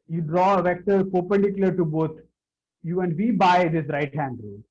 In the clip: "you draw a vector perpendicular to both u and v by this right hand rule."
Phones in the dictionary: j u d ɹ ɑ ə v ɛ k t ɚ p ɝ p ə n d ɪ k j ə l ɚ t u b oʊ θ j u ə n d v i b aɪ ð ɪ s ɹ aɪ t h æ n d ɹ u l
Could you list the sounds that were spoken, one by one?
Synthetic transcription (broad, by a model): j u d ɹ ɑ ə v ɛ k t ɚ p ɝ p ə n d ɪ k j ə l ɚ t u b oʊ t j u ə n d v i b aɪ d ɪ s ɹ aɪ t h æ n d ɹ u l